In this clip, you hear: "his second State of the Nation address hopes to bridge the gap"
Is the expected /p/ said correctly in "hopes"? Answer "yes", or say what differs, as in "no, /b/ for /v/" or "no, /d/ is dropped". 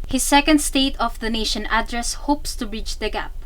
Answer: yes